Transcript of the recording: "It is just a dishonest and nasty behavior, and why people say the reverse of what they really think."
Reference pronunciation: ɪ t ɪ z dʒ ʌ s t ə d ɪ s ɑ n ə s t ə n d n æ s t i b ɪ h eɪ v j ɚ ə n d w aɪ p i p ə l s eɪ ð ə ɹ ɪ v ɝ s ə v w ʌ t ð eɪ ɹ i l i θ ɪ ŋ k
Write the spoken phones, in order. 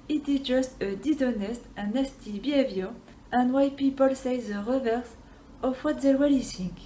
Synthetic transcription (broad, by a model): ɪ t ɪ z dʒ ʌ s t ə d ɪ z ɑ n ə s t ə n n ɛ s t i b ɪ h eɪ v j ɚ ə n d w aɪ p i p ə l s eɪ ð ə ɹ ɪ v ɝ s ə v w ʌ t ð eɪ w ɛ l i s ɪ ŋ